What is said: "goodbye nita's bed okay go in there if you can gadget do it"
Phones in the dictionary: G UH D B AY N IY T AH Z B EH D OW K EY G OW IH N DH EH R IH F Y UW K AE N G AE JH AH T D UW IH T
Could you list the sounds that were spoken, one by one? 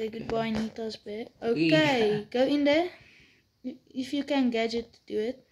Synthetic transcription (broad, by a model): G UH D B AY N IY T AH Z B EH OW K EY G OW IH N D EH IH F Y UW K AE N G AE JH AH T D UW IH T